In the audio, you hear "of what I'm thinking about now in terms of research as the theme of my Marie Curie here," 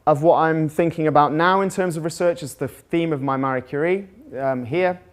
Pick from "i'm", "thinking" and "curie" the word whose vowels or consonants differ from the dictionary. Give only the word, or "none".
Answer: none